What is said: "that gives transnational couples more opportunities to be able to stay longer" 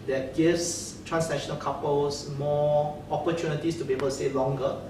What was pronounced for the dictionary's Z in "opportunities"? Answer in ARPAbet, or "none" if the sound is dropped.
S